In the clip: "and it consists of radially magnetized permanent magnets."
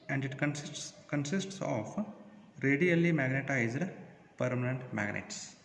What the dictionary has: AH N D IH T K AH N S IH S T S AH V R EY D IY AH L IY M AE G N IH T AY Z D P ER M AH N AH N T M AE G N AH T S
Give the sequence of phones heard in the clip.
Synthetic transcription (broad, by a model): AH N D IH T K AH N S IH S T S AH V R EY D IY AH L IY M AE G N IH T AY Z D P ER M AH N AH N T M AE G N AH T S